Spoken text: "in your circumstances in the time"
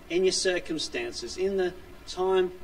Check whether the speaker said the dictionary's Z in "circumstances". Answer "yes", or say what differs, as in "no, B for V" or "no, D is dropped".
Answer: yes